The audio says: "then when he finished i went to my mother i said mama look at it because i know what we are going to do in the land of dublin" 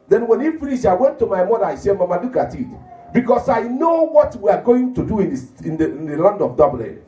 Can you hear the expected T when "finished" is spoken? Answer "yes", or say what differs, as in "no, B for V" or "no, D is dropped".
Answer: no, T is dropped